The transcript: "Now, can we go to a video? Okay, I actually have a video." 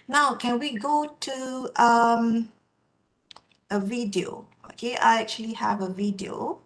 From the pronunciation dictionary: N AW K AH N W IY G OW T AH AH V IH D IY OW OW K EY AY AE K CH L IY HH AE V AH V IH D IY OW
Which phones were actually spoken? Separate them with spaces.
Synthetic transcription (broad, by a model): N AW K AH N W IY G OW T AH AH V IH D IY OW OW K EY AY AE K CH L IY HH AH V AH V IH D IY OW